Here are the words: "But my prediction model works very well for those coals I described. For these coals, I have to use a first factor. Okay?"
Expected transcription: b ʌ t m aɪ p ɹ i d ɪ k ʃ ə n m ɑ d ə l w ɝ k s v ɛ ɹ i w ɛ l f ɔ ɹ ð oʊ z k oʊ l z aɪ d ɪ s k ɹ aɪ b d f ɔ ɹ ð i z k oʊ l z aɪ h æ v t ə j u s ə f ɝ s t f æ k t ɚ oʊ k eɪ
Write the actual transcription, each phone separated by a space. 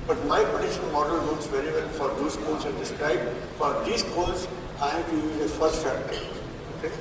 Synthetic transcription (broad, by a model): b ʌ t m aɪ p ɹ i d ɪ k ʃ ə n m ɑ d ə l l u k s v ɛ ɹ i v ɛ l f ɔ ɹ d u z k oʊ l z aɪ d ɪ s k ɹ aɪ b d f ɔ ɹ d i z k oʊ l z aɪ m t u ə f ɝ s t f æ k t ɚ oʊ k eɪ